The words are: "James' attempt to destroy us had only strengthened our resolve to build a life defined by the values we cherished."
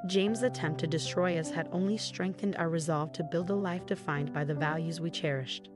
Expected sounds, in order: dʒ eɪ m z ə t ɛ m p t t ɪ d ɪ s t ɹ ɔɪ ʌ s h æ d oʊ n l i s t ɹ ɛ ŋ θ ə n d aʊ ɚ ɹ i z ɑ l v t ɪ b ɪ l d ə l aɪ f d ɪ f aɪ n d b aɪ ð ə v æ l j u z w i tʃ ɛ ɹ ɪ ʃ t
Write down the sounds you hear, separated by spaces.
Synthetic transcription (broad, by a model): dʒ eɪ m z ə t ɛ m p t t ɪ d ɪ s t ɹ ɔɪ ʌ s h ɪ d oʊ n l i s t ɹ ɛ ŋ θ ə n d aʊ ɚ ɹ i z ɑ l v t ɪ b ɪ l d ə l aɪ f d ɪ f aɪ n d b aɪ ð ə v æ l j u z w i tʃ ɛ ɹ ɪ ʃ t